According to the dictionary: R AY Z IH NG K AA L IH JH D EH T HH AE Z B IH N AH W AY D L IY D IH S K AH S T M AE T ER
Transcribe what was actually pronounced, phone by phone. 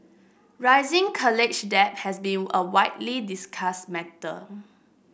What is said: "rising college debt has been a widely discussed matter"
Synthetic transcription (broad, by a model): R AY Z IH NG K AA L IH CH D EH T HH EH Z B IH N AH W AY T L IY D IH S K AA S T M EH T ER